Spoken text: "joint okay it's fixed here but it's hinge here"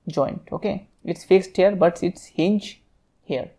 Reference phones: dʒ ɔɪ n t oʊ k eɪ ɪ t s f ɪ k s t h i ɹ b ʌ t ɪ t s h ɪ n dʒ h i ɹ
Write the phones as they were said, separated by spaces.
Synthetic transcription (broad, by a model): dʒ ɔɪ n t oʊ k eɪ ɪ t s f ɪ k s t h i ɹ b ʌ t ɪ t s h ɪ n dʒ h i ɹ